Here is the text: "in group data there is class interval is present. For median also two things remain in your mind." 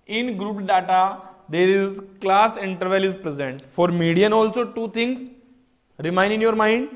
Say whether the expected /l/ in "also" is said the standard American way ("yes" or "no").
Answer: yes